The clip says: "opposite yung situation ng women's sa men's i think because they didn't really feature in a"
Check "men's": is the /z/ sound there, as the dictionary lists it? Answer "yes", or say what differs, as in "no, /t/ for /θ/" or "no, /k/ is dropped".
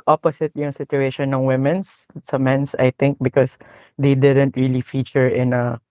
no, /s/ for /z/